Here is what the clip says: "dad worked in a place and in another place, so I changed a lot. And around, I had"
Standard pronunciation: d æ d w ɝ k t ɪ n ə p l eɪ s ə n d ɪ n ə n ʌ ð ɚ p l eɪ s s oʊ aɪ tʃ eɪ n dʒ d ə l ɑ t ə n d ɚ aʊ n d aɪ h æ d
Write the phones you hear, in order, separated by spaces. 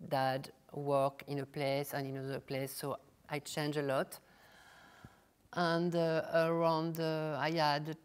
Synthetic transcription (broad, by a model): d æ d w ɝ k ɪ n ə p l eɪ s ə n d ɪ n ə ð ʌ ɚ p l eɪ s s oʊ aɪ tʃ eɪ n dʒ ə l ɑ t ə n d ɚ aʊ n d aɪ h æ d